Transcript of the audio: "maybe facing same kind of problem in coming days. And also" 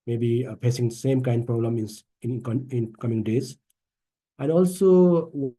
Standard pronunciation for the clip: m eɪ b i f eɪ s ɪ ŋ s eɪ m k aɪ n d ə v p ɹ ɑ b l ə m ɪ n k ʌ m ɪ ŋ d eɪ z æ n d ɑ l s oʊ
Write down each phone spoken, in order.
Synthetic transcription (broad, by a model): m eɪ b i p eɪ s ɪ ŋ s eɪ m k aɪ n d p ɹ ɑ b l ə m ɪ n k ʌ m ɪ ŋ d eɪ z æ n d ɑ l s oʊ